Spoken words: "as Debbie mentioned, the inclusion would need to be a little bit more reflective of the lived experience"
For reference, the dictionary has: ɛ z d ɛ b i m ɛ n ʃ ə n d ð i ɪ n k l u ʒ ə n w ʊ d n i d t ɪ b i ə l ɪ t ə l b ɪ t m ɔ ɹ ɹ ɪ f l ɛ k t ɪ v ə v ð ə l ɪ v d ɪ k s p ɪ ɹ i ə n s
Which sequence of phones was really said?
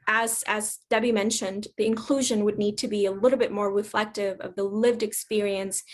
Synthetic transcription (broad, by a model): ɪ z d ɛ b i m ɛ n ʃ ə n ð i ɪ n k l u ʒ ə n w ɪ d n i d t ɪ b i ə l ɪ t l b ɪ t m ɔ ɹ ɹ ɪ f l ɛ k t ɪ v ə v ð ə l ɪ v d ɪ k s p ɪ ɹ i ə n s